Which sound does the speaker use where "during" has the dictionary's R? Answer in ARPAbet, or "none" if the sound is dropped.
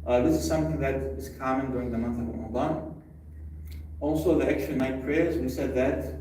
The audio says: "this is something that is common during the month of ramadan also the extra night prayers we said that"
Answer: R